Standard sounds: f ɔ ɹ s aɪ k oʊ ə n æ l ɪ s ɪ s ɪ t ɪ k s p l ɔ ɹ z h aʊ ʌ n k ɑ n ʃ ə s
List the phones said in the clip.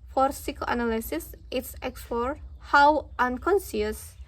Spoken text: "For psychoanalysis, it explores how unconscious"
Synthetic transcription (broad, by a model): f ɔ ɹ s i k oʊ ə n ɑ l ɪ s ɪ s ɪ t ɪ k s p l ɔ ɹ h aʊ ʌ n k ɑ n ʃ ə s